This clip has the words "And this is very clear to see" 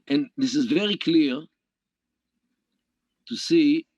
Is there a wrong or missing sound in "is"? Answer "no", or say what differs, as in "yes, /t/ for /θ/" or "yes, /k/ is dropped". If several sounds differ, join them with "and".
no